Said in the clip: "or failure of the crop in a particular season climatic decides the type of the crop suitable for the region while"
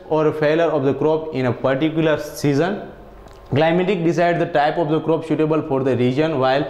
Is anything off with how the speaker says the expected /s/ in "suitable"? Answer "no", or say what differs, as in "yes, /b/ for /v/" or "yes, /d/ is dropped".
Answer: yes, /ʃ/ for /s/